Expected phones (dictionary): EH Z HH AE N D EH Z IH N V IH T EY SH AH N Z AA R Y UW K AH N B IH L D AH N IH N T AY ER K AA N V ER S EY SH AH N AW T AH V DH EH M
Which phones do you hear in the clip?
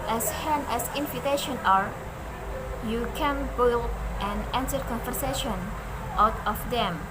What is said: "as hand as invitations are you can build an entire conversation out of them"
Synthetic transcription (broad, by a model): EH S HH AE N EH S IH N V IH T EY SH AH N AA R Y UW K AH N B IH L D AH N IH N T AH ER K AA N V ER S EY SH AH N AW T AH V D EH M